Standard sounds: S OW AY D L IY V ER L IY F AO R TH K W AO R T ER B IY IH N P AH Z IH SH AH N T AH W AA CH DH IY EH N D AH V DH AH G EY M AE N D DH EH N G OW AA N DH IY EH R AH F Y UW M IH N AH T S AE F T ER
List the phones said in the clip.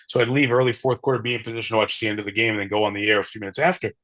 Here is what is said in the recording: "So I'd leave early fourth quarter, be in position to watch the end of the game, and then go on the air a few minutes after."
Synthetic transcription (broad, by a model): S OW AY D L IY V ER L IY F AO R TH K W AO R T ER B IY IH N P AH Z IH SH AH N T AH W AA CH DH IY EH N D AH V DH AH G EY M N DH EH N G OW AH N DH IY EH R AH F Y UW M IH N AH T S AE F T ER